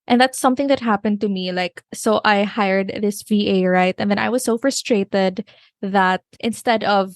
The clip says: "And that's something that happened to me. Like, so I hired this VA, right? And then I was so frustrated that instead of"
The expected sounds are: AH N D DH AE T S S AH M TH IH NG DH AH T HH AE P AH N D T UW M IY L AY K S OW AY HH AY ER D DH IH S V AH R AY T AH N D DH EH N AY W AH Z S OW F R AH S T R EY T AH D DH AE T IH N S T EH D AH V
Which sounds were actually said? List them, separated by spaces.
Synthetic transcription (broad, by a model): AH N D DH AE T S S AH M TH IH NG DH AH T HH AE P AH N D T UW M IY L AY K S OW AY HH AY ER D DH IH S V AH R AY T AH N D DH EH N AY W AH Z S OW F R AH S T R EY T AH D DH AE T IH N S T EH D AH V